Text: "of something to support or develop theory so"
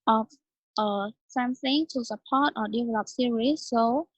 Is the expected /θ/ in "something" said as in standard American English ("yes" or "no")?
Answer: no